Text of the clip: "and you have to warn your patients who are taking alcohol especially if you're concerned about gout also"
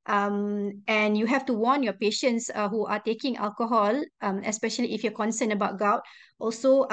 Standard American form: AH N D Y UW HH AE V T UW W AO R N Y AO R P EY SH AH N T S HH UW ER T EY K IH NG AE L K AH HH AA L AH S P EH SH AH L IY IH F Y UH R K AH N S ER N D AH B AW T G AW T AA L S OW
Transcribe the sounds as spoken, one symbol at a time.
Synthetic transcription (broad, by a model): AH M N Y UW HH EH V T UW W AO N Y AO P EY SH AH N T S HH UW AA T EY K IH NG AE L K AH HH AA L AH S P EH SH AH L IY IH F Y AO K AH N S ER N AH B AW T G AW T AA L S OW